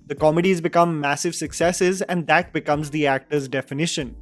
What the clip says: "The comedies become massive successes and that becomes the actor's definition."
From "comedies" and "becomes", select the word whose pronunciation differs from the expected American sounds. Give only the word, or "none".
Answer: none